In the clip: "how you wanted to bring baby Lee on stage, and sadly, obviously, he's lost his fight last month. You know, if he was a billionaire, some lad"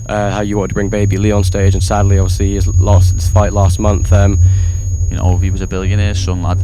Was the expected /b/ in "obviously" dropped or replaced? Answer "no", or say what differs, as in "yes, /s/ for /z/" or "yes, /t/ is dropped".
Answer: yes, /b/ is dropped